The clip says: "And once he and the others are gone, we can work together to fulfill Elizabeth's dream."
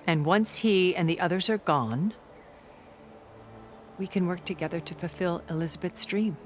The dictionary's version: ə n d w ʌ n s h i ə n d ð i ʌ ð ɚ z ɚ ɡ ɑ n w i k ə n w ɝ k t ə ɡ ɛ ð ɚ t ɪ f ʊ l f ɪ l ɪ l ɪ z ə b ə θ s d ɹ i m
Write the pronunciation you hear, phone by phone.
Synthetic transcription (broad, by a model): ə n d w ʌ n s h i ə n ð i ʌ ð ɚ z ɚ ɡ ɑ n w i k ə n w ɝ k t ə ɡ ɛ ð ɚ t ɪ f ʊ l f ɪ l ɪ l ɪ z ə b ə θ s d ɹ i m